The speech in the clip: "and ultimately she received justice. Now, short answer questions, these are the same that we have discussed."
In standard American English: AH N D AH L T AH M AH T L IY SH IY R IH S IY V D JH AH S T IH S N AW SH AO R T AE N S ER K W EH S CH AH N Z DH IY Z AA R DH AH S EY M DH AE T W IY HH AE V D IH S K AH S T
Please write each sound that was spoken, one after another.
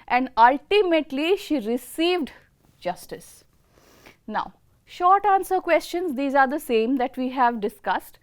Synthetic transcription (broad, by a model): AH N D AH L T AH M AH T L IY SH IY R IH S IY V D JH AH S T IH S N AW SH AO R T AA N S ER K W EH S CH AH N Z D IY Z AA R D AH S EY M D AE T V IY HH AE V D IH S K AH S T